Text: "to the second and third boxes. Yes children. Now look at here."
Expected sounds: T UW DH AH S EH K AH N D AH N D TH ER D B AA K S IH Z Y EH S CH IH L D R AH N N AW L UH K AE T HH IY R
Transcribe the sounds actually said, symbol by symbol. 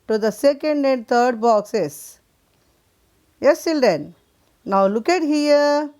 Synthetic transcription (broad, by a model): T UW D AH S EH K AH N D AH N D T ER D B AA K S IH S Y EH S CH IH L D AH N N AW L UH K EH T HH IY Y